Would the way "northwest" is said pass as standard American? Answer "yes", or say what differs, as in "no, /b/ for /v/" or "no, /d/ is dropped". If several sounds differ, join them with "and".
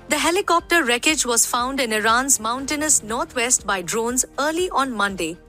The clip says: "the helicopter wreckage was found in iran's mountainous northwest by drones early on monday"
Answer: no, /t/ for /θ/